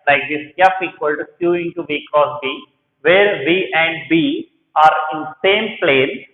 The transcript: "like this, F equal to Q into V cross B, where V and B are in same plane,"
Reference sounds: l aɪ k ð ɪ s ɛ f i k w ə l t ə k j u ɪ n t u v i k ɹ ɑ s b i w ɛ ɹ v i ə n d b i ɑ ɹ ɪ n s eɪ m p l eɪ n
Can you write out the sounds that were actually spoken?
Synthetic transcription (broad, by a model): l aɪ k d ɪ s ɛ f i k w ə l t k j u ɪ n t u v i k ɑ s b i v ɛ ɹ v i ə n d b i ɑ ɹ ɪ n s eɪ m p l eɪ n